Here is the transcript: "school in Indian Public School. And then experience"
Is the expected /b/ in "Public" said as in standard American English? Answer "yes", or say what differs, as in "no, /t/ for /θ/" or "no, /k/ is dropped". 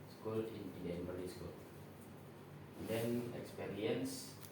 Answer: no, /b/ is dropped